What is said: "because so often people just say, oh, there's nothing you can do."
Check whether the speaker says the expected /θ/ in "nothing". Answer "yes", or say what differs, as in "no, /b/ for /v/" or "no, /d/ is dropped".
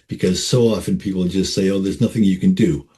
yes